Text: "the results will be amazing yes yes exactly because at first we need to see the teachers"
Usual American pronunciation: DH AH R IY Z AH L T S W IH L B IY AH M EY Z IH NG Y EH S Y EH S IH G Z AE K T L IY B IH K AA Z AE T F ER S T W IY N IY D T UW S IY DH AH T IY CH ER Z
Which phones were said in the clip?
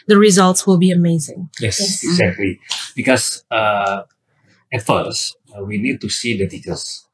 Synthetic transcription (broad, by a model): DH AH R IY Z AH L T S W IH L B IY AH M EY Z IH NG Y EH S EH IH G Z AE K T L IY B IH K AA S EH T F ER S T W IY N IY D T UW S IY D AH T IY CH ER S